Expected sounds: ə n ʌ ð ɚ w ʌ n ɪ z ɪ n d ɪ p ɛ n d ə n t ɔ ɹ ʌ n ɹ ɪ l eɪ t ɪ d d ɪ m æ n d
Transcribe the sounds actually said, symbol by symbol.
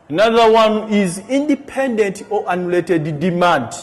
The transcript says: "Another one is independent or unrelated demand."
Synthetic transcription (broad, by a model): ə n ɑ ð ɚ w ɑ n ɪ z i n d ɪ p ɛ n d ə n t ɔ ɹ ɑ n ɪ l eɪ t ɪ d d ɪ m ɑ n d